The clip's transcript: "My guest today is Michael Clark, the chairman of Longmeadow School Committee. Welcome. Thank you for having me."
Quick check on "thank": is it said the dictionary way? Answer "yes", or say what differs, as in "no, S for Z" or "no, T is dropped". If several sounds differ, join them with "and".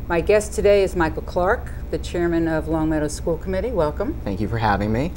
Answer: yes